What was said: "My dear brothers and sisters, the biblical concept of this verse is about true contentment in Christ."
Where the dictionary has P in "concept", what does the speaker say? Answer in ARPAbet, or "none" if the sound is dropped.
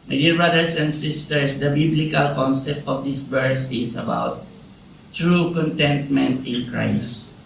P